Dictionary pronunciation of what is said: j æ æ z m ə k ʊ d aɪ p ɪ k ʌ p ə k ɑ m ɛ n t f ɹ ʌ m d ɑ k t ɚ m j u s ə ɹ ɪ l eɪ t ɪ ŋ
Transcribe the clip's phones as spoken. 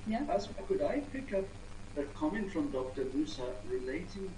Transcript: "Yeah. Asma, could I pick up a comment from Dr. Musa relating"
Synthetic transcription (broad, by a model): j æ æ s k ʊ d aɪ p ɪ k ʌ p ə k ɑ m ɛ n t f ɹ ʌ m d ɑ k t ɚ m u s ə ɹ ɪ l eɪ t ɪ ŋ